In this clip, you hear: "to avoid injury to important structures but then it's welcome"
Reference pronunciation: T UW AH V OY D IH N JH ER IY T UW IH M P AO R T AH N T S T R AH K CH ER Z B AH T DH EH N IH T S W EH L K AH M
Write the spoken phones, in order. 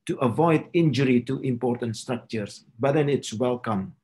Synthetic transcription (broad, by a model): T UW AH V OY D IH N JH ER IY T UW IH M P AO R T AH N T S T R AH K CH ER S B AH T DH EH N IH T S W EH L K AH M